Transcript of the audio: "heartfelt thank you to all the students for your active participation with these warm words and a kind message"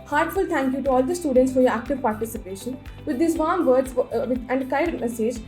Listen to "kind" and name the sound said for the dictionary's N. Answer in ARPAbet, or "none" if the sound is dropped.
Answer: none